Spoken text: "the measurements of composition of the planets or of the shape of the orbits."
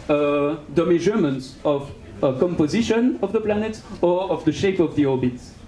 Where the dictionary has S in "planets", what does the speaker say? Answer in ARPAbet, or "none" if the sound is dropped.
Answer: none